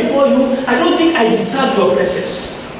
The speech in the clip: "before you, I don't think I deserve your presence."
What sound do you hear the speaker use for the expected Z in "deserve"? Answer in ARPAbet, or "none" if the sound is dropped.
S